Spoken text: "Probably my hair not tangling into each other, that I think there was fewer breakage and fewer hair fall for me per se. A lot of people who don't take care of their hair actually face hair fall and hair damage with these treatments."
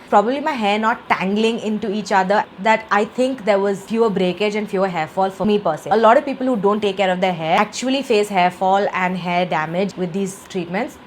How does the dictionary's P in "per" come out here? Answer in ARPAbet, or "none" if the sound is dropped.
P